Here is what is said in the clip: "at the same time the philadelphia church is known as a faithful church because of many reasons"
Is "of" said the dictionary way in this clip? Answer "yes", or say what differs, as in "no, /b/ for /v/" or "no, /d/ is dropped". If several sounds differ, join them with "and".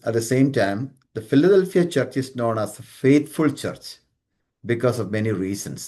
yes